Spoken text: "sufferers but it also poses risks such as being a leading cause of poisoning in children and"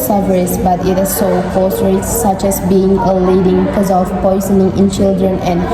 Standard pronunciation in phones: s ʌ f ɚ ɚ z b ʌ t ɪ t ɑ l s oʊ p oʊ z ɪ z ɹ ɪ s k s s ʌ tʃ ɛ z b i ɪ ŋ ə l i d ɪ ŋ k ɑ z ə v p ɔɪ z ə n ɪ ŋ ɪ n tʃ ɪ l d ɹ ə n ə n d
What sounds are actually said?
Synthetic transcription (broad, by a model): s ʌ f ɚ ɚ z b ʌ t ɪ t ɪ s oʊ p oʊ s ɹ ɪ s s s ʌ tʃ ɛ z b i ɪ ŋ ə l i d ɪ ŋ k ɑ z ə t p ɔɪ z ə n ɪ ŋ ɪ n tʃ ɪ l d ɹ ə n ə n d